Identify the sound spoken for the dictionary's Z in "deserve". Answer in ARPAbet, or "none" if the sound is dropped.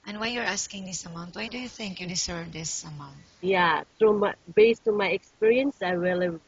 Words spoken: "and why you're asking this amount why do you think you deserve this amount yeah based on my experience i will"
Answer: S